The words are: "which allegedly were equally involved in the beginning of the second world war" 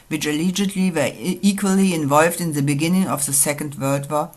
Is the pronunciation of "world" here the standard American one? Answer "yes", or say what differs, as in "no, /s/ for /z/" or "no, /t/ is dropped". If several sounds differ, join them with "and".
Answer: no, /l/ is dropped